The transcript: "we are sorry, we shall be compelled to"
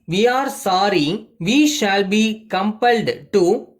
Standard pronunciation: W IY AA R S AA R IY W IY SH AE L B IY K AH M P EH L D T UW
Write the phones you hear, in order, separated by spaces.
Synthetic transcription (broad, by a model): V IY AA R S AA R IY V IY SH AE L B IY K AH M P EH L D T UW